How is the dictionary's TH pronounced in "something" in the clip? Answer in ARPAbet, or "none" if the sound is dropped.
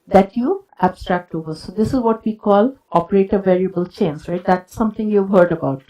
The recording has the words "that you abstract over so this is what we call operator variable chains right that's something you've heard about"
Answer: T